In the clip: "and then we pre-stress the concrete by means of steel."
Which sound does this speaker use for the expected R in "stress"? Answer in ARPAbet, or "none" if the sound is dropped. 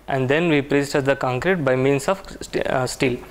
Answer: none